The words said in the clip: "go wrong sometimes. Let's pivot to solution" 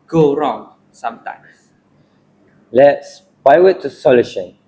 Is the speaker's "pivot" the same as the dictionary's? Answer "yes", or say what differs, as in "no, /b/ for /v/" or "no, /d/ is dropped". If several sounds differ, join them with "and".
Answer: no, /b/ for /p/ and /w/ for /v/